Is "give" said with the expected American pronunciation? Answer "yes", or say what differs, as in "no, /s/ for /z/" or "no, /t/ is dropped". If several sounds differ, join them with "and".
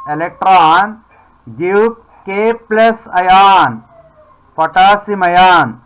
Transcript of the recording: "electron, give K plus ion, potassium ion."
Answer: no, /p/ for /v/